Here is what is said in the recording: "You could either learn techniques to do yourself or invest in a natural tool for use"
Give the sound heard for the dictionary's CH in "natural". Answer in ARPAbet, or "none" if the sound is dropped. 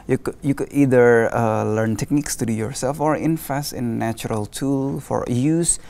none